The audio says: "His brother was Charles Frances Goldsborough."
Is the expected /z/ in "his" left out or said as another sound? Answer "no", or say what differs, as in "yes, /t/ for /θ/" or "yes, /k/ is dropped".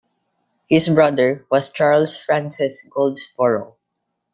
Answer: yes, /s/ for /z/